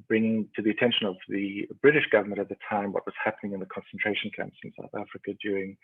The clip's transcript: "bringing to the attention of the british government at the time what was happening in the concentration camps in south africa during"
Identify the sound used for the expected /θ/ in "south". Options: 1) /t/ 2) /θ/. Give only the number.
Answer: 2